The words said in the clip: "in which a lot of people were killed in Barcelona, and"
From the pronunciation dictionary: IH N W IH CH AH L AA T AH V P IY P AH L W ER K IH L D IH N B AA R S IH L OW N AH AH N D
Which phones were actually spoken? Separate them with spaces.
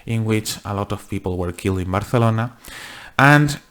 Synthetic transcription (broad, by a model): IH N W IH CH AH L AA T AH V P IY P AH L W ER K IH L D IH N B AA R TH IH L OW N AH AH N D